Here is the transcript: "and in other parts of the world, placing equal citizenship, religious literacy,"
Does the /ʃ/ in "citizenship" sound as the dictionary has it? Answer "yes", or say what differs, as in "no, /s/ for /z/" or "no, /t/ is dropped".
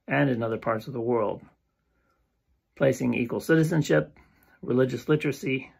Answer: yes